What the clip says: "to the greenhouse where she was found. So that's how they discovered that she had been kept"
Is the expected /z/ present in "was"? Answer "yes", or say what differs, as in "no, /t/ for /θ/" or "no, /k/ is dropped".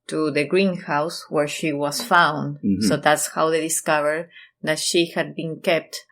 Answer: no, /s/ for /z/